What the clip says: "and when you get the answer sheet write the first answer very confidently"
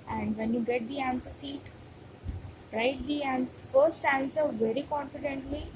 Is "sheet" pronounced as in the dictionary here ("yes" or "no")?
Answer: no